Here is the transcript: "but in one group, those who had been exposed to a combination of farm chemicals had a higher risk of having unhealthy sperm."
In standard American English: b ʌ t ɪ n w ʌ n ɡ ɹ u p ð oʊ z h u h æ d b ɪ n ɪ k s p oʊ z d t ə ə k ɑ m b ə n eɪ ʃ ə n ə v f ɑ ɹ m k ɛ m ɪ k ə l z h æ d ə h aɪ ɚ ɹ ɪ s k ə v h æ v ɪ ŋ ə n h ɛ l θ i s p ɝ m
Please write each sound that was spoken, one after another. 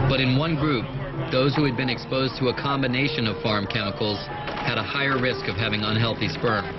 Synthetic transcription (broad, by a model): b ʌ t ɪ n w ʌ n ɡ ɹ u p ð oʊ z h u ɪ d b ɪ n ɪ k s p oʊ z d t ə ə k ɑ m b ə n eɪ ʃ ə n ə v f ɑ ɹ m k ɛ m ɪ k l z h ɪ d ə h aɪ ɚ ɹ ɪ s k ə v h æ v ɪ ŋ ə n h ɛ l θ i s p ɝ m